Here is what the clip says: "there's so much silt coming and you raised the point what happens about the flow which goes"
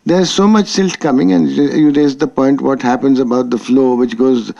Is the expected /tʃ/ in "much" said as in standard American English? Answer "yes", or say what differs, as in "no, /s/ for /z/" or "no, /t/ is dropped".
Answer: yes